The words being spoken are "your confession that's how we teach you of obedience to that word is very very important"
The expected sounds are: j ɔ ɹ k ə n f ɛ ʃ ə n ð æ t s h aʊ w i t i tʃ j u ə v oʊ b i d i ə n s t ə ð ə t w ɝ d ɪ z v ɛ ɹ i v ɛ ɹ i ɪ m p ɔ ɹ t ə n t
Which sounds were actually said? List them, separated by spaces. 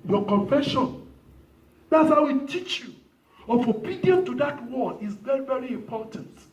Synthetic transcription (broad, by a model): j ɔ k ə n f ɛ ʃ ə n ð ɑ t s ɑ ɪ w i t i tʃ j u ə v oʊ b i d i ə n t ə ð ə t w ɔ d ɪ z v ɛ ɹ i v ɛ ɹ i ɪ m p ɔ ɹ t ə n t